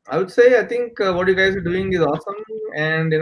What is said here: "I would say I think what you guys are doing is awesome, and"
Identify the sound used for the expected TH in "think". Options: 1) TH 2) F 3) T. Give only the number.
3